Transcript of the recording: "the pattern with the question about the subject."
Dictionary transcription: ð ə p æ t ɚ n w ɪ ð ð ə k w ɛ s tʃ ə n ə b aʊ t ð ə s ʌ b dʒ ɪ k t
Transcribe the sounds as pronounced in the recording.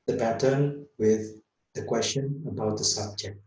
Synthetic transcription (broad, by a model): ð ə b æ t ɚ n w ɪ ð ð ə k w ɛ s tʃ ə n ə b aʊ t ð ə s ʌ b dʒ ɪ k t